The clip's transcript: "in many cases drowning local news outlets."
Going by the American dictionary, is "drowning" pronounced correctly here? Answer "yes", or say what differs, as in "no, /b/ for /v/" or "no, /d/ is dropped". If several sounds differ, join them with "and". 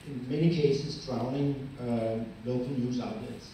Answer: no, /l/ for /n/